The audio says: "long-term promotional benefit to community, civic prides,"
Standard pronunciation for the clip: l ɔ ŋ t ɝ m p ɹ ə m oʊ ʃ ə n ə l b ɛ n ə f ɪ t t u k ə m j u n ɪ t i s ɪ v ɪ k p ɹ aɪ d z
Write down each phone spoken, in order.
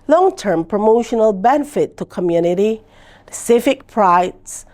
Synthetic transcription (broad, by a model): l ɔ ŋ t ɝ m p ɹ ə m oʊ ʃ ə n ə l b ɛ n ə f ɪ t t u k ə m j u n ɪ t i s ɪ f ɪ k p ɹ aɪ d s